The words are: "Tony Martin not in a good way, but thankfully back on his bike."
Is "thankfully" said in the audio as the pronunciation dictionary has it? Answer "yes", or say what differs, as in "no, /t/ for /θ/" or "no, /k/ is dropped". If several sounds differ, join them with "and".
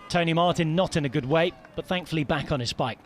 yes